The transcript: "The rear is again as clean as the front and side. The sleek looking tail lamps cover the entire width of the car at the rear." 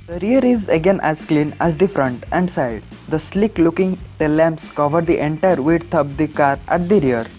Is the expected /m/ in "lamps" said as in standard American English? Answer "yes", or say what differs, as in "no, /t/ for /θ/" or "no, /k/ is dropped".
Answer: yes